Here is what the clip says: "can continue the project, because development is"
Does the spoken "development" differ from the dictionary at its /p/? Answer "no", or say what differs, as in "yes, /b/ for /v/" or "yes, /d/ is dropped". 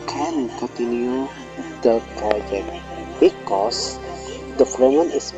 yes, /p/ is dropped